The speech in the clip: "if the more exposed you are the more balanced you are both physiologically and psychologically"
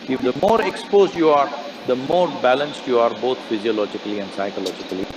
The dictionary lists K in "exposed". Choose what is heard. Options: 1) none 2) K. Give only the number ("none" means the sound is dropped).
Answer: 2